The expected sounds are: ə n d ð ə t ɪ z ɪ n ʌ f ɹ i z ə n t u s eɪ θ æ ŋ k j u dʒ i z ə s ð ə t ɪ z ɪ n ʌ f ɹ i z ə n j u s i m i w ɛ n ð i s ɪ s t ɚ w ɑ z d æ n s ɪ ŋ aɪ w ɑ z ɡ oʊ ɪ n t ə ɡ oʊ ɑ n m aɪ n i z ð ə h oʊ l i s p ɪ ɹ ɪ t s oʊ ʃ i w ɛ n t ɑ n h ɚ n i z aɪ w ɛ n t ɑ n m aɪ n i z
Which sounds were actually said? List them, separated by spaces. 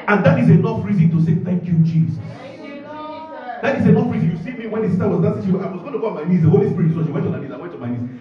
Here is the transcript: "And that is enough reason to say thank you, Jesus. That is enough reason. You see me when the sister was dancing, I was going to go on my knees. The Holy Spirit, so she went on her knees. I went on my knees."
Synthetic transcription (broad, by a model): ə n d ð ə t ɪ z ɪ n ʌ f ɹ i z ə n t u s eɪ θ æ ŋ k j u dʒ i z ə s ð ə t ɪ z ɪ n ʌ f ɹ i z ə n j u s i m i w ɛ n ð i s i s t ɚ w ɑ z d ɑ s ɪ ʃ aɪ w ɑ z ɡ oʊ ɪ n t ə ɡ oʊ ɑ n m aɪ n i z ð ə h oʊ l i s p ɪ ɹ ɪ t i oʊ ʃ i w ɛ n t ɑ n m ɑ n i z aɪ w ɛ n t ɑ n m aɪ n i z